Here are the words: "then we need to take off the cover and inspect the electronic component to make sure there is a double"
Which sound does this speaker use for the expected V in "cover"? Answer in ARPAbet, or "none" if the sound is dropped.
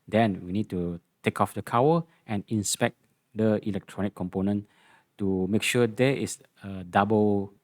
W